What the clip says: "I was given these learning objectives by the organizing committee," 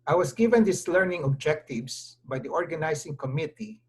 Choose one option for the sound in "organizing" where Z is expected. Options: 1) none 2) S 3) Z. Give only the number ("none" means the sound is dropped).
2